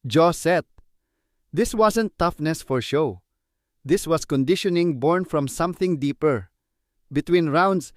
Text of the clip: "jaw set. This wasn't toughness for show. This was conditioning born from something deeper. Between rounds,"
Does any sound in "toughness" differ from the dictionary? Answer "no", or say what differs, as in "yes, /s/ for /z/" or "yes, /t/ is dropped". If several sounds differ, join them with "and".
no